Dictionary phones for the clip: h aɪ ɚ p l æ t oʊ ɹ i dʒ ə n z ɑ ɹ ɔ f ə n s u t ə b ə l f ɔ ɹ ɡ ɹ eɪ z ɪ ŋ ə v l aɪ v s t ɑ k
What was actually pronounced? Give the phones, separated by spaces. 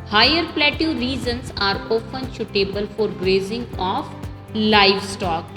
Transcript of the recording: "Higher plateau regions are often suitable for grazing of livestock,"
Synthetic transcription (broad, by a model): h aɪ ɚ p l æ t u ɹ i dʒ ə n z ɑ ɹ ɔ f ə n ʃ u t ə b ə l f ɔ ɹ ɡ ɹ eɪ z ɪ ŋ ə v l aɪ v s t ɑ k